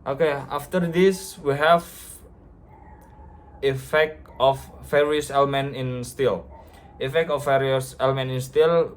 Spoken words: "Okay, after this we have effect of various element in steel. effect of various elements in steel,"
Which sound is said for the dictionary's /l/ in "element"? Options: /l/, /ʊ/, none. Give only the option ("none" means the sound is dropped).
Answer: /l/